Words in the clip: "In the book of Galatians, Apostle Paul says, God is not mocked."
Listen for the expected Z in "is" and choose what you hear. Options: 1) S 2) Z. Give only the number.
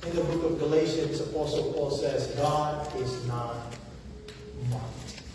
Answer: 2